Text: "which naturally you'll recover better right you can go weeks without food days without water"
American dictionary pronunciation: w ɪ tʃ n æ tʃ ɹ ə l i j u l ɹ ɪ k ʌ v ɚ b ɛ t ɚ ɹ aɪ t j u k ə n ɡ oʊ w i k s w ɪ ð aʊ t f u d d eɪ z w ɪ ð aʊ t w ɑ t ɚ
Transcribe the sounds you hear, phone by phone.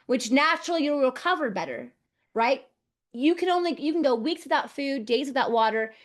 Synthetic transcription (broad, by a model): w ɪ tʃ n æ tʃ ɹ l i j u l ɹ ɪ k ʌ v ɚ b ɛ t ɚ ɹ aɪ t j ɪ k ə n ɡ oʊ w i k s w ɪ ð aʊ t f u d d eɪ z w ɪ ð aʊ t w ɑ t ɚ